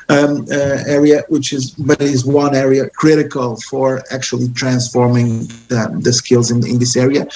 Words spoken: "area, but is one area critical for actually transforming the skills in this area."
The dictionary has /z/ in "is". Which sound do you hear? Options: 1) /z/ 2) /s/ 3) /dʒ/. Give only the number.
1